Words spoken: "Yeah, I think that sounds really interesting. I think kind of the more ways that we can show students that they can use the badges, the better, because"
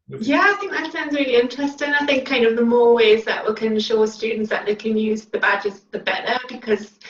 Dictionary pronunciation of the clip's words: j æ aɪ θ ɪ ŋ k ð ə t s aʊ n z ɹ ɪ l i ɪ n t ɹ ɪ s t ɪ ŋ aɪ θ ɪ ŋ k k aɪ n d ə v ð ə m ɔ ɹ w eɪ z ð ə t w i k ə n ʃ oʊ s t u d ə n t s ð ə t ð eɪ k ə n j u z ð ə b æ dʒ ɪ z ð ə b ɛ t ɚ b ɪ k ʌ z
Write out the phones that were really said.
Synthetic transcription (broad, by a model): j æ aɪ θ ɪ ŋ k ð ə t s aʊ n z ɹ ɪ l i ɪ n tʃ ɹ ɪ s t ɪ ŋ aɪ θ ɪ ŋ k k aɪ n d ə v ð ə m ɔ ɹ w eɪ z ð ə t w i k ə n ʃ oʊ s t u d n t s ð ə t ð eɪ k ə n j u z ð ə b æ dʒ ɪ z ð ə b ɛ t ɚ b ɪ k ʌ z